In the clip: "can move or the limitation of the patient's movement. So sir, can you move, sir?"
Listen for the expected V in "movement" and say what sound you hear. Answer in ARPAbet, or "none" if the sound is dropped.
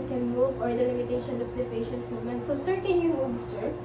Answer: none